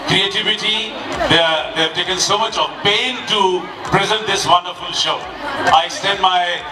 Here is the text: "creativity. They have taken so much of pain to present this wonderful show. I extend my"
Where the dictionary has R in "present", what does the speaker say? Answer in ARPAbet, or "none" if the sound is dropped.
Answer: R